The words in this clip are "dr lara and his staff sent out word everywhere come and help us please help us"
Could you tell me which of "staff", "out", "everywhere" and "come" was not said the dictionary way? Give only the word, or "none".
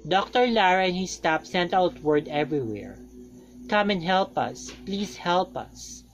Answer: staff